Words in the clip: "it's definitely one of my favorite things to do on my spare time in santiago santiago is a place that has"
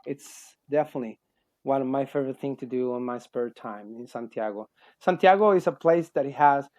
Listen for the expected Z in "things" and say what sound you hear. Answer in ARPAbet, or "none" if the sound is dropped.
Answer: none